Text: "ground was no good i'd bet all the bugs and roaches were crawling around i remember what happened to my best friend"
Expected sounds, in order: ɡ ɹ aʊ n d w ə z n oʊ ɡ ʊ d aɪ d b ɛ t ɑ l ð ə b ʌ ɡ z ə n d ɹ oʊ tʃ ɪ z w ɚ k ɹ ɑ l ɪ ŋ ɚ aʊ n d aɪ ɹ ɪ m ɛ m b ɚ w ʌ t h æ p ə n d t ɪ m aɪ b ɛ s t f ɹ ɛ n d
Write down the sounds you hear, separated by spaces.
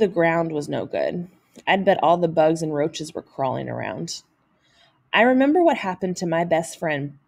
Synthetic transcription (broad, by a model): ɡ ɹ aʊ n d w ə z n oʊ ɡ ʊ d aɪ d b ɛ t ɑ l ð ə b ʌ ɡ z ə n ɹ oʊ tʃ ɪ z w ɚ k ɹ ɑ l ɪ ŋ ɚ aʊ n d aɪ ɹ ɪ m ɛ m b ɚ w ʌ t h æ p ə n t ɪ m aɪ b ɛ s t f ɹ ɛ n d